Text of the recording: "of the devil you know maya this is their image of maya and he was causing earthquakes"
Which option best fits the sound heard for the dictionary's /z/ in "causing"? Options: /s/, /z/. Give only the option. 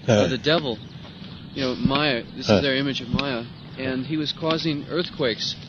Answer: /z/